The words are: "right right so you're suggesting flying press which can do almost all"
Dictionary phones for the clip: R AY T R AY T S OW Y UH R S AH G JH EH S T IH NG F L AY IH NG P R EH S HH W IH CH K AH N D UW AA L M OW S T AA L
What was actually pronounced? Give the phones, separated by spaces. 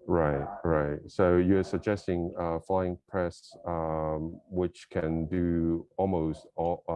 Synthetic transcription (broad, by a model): R AY T R AY T S OW Y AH R S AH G JH EH S T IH NG F L AY IH NG P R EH S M W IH CH K AH N D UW AA L M OW S T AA